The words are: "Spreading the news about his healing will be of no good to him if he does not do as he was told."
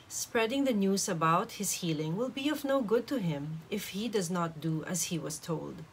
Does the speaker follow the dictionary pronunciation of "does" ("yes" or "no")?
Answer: yes